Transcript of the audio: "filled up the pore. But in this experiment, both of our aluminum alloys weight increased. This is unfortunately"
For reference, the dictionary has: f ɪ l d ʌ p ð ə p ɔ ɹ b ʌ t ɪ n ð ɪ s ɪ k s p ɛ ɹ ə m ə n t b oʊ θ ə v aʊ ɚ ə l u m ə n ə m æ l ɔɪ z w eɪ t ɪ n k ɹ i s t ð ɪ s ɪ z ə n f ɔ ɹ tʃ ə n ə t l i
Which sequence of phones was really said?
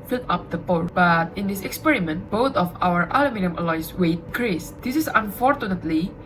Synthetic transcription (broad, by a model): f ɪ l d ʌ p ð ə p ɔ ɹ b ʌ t ɪ n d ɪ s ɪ k s p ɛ ɹ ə m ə n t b oʊ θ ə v aʊ ɚ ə l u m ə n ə m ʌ l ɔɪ s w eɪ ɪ k ɹ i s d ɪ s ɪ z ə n f ɔ ɹ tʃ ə n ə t l i